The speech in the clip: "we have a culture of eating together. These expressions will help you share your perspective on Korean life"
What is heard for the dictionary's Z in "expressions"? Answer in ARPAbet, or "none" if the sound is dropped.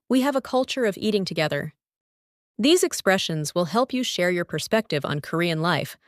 Z